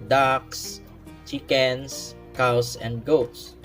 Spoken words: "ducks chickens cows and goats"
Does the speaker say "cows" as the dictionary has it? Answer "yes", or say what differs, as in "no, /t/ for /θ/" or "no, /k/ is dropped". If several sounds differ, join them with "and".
no, /s/ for /z/